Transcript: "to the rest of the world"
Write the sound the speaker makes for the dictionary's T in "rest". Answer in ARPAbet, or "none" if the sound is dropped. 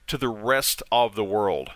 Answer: T